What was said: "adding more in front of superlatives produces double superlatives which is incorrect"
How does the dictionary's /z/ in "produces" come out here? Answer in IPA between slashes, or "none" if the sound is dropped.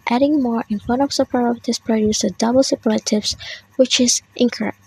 none